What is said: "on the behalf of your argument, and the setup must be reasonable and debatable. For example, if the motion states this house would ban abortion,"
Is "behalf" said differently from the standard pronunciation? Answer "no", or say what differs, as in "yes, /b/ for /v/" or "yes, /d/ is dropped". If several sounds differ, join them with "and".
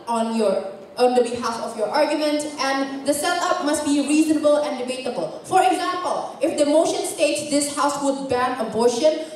no